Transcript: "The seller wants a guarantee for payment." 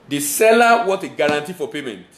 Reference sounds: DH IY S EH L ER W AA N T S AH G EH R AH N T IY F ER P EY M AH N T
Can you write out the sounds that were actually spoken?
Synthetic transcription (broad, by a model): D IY S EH L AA W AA T AH G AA R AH N T IY F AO P EY M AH N T